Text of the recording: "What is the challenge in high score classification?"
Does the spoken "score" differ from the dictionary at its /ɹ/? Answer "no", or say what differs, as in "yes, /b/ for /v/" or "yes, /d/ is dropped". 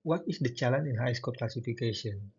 yes, /l/ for /ɹ/